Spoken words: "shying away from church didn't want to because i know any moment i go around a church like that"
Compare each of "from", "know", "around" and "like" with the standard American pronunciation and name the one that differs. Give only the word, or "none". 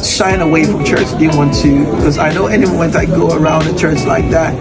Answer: none